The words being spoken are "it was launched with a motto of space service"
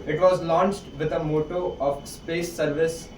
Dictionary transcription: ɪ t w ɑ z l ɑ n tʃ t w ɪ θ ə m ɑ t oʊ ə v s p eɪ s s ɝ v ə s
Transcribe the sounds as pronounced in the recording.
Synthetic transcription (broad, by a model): ɪ t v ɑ z l ɑ n tʃ t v ɪ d ə m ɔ t oʊ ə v s p eɪ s s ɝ v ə s